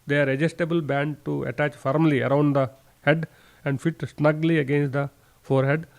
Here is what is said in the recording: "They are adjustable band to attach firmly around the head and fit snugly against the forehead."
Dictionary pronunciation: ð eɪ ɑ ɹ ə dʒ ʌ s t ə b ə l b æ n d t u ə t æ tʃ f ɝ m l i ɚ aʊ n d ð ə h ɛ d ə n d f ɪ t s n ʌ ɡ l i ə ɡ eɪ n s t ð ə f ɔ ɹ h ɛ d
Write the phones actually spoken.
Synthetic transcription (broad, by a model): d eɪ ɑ ɹ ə dʒ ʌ s t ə b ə l b æ n d t u ə t æ tʃ f ɝ m l i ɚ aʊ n d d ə h ɛ d ə n d f ɪ t s n ʌ ɡ l i ə ɡ eɪ n s t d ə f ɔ ɹ h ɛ d